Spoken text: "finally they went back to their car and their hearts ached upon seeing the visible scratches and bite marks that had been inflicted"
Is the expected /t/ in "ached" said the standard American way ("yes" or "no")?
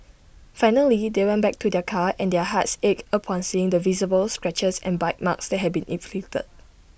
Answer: no